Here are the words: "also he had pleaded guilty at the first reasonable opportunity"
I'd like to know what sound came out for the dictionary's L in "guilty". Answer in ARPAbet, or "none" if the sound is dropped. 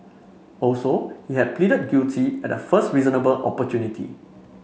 none